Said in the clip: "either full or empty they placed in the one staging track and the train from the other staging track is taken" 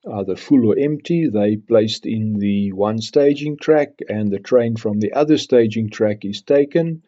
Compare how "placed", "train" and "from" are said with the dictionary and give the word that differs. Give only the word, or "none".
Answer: none